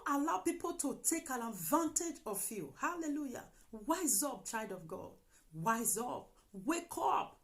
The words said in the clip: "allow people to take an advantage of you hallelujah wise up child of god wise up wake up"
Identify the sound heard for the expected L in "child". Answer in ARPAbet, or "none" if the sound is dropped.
none